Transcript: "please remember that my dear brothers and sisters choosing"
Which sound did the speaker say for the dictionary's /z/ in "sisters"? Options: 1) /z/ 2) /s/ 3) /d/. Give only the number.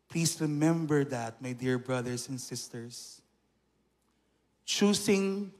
2